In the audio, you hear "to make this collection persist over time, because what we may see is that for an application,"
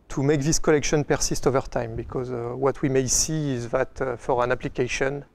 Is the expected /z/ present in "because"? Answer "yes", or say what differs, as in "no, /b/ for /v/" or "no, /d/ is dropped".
yes